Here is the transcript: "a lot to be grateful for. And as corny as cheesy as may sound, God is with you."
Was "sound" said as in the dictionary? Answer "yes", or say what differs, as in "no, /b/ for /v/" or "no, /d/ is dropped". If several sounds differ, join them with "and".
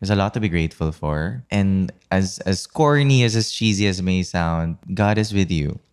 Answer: yes